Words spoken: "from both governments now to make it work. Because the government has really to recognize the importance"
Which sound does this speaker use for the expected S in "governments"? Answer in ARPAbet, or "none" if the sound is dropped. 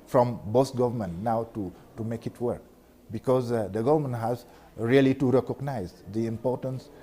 none